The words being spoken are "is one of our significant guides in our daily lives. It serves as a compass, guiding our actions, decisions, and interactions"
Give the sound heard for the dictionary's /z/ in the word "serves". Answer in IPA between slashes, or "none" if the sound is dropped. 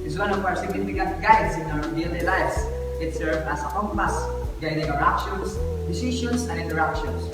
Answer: none